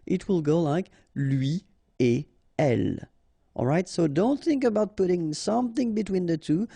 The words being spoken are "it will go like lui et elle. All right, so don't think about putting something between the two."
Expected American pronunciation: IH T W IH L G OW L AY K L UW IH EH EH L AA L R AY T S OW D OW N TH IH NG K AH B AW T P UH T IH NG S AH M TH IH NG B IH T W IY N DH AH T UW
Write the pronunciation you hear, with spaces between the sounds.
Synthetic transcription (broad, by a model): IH T W IH L G OW L AY K L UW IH EH EH L AA L R AY T S OW D OW N TH IH NG K AH B AW T P UH T IH NG S AH M TH IH NG B IH T W IY N DH AH T UW